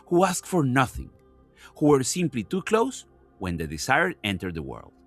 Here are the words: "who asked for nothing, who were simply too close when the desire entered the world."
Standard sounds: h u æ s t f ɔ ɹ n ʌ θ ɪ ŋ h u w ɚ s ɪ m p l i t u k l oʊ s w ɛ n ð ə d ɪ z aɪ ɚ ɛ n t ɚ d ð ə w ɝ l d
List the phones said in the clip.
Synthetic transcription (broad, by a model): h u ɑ s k f ɔ ɹ n ʌ θ ɪ ŋ h u w ɚ s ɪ m p l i t u k l oʊ s w ɛ n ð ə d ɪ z aɪ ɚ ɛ n t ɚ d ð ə w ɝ l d